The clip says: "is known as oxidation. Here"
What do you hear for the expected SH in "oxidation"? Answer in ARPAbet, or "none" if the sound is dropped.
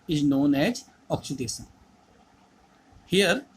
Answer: S